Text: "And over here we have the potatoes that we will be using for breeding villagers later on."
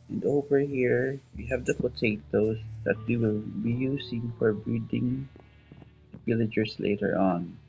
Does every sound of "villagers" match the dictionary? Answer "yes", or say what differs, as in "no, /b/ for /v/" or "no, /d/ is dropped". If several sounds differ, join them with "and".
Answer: no, /s/ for /z/